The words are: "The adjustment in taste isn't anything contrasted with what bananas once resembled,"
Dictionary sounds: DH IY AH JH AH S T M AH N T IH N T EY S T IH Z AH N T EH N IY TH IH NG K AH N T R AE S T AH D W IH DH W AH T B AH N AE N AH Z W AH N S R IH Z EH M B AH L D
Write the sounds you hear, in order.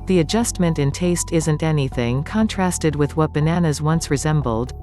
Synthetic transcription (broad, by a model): DH IY AH JH AH S T M AH N T IH N T EY S T IH Z AH N T EH N IY TH IH NG K AH N T R AE S T AH D W IH DH W AH T B AH N AE N AH Z W AH N S R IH Z EH M B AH L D